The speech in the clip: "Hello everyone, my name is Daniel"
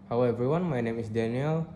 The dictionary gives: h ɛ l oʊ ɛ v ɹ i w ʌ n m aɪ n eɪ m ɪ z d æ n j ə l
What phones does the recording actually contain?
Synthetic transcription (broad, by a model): h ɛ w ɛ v ɹ i w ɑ n m aɪ n eɪ m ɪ s d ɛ n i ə l